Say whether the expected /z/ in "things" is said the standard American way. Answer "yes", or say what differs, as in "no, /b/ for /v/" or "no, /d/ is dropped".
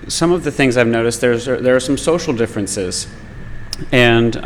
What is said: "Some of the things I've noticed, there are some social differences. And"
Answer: yes